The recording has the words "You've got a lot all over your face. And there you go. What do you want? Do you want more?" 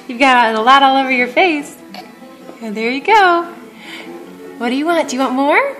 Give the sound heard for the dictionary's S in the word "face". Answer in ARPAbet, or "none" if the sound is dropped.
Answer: S